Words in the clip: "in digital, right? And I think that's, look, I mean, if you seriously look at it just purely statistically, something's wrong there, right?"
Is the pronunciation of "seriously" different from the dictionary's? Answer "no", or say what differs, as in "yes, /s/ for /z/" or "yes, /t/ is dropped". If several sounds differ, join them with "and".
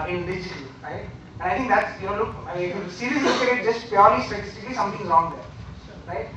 yes, /l/ is dropped